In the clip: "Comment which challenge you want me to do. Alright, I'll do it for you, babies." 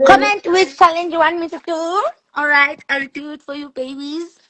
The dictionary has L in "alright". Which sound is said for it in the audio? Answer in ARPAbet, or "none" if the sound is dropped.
L